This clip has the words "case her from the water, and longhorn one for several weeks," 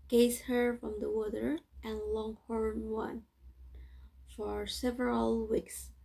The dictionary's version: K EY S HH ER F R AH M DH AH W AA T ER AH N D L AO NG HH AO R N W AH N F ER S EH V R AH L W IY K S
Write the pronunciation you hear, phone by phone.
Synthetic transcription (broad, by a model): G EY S HH ER F R AH M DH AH W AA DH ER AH N L AO NG HH AO R N W AH N F ER S EH V R AH L W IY K S